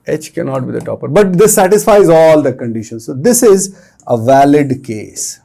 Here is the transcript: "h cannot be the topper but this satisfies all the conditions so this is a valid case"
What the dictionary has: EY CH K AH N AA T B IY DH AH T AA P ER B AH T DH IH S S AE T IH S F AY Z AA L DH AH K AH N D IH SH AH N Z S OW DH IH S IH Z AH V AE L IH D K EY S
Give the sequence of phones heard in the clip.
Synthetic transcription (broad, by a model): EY CH K AH N AA T B IY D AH T AA P ER B AH T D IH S S AE T IH S F AY Z AA L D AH K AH N D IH SH AH N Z S OW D IH S IH Z AH V AE L IH D K EY S